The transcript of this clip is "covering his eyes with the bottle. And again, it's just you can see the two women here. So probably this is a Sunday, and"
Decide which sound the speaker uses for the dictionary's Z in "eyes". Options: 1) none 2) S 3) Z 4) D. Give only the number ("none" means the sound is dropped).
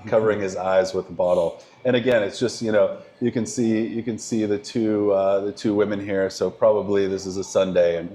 3